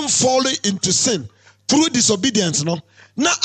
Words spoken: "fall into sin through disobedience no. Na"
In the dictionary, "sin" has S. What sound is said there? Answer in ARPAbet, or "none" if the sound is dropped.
S